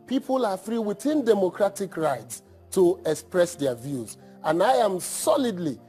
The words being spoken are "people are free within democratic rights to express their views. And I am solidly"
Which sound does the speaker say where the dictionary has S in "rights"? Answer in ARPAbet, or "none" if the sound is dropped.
S